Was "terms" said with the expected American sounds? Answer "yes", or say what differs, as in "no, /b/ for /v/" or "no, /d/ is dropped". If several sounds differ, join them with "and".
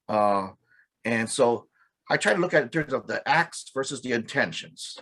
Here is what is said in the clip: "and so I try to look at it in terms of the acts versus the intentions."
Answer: yes